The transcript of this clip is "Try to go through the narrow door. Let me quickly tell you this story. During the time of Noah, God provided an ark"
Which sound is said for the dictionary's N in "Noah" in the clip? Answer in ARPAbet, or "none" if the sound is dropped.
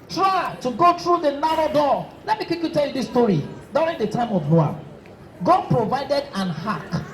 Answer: L